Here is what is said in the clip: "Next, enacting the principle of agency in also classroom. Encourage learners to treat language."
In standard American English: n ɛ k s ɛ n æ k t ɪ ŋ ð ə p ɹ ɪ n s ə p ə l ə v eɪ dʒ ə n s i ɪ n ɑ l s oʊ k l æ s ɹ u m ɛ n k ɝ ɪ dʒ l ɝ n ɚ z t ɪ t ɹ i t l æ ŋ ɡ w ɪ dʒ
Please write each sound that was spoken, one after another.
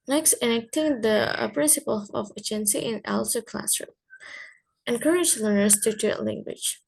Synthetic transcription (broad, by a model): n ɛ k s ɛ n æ k t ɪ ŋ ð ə p ɹ ɪ n s ə p ə l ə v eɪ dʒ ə n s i ɪ n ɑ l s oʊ k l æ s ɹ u ɛ n k ɝ ɪ dʒ l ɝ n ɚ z t ɪ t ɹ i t l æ ŋ ɡ w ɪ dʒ